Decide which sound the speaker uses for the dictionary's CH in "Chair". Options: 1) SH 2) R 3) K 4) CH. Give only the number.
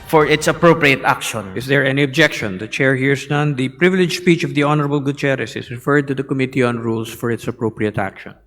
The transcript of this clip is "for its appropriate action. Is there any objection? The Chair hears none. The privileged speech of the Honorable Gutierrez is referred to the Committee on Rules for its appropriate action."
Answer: 4